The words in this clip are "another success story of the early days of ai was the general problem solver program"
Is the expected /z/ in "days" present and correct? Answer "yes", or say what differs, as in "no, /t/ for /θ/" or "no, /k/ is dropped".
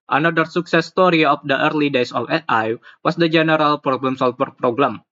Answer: no, /s/ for /z/